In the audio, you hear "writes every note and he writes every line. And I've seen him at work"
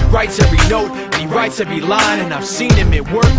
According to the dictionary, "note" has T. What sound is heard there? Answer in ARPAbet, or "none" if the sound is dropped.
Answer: T